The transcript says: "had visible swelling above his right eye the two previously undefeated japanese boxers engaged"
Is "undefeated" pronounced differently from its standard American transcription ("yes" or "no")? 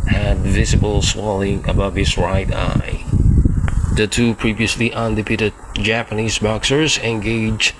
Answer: yes